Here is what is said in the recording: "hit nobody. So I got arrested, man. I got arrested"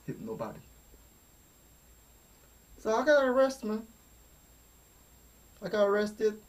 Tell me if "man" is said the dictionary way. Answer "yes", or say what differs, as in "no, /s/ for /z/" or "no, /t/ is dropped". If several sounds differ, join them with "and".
no, /n/ is dropped